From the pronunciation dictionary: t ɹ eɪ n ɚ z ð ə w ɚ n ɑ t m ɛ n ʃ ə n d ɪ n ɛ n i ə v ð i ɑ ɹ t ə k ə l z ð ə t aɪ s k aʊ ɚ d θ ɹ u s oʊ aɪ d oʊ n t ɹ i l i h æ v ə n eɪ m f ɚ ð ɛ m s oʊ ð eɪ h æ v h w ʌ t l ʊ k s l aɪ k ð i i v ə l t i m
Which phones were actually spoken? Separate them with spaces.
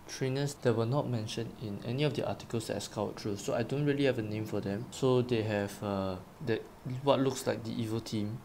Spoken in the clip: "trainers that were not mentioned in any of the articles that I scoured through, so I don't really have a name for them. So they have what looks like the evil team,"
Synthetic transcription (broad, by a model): t ɹ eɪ n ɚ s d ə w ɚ n ɑ t m ɛ n ʃ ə n ɪ n ɛ n i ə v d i ɑ t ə k ə l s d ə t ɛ s k aʊ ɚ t ɹ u s oʊ aɪ d oʊ n t ɹ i l i h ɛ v ə n eɪ m f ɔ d ɛ m s oʊ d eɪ h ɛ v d w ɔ t l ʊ k s l aɪ k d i i v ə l t i m